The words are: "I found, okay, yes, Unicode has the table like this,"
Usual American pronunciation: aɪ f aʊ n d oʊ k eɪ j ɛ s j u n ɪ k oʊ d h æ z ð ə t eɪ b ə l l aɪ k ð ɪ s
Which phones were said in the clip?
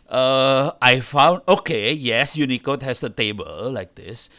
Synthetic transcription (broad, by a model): aɪ f aʊ n d oʊ k eɪ j ɛ s j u n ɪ k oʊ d h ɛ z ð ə t eɪ b ə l l aɪ k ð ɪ s